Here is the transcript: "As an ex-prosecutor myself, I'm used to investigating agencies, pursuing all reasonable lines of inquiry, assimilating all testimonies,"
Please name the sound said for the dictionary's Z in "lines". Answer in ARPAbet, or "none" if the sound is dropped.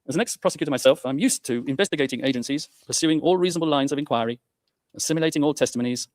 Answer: Z